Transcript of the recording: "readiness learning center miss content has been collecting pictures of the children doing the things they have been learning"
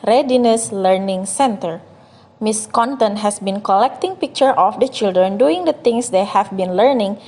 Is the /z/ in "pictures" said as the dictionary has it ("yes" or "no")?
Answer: no